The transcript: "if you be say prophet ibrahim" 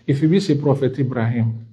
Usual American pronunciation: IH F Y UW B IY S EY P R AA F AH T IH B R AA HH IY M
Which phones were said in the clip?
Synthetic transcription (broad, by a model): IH F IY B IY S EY P R AA F AH T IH B R AA HH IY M